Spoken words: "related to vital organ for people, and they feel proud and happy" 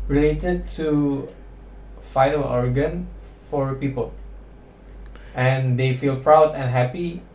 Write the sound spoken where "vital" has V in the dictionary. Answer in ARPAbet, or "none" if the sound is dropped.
F